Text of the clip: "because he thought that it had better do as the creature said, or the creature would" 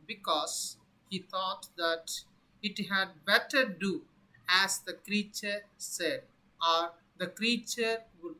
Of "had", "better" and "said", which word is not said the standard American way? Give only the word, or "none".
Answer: none